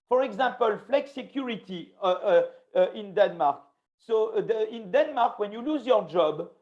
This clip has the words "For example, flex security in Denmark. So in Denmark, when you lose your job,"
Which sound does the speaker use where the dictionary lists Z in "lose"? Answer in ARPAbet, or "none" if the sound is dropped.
Z